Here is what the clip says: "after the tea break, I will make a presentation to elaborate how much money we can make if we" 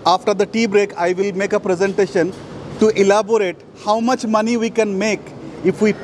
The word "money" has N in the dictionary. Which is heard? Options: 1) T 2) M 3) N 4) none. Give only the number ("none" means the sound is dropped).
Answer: 3